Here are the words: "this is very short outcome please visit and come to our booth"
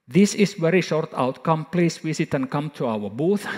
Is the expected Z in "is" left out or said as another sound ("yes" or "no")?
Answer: yes